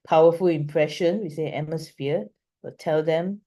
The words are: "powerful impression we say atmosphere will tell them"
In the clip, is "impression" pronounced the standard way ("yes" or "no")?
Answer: yes